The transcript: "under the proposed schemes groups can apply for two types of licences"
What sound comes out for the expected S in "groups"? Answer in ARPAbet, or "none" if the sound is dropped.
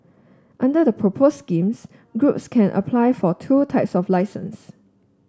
S